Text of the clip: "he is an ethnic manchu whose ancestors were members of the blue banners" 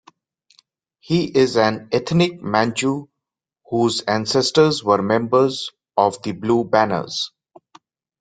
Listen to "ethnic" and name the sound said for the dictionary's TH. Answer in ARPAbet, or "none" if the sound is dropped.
T